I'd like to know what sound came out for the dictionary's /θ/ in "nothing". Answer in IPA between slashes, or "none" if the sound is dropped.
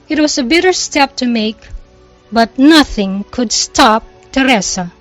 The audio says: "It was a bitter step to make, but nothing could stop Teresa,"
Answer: /θ/